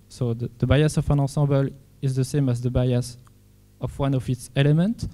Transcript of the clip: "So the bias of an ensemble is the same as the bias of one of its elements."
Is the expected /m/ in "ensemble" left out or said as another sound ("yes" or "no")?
yes